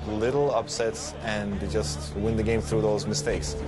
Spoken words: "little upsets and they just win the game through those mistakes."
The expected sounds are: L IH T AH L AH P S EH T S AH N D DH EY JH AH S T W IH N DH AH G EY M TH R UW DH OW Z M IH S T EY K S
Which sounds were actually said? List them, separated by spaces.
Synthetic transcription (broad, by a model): L IH T L AH P S EH T S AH N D JH AH S T W IH N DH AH G EY M TH R UW DH OW Z M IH S T EY K S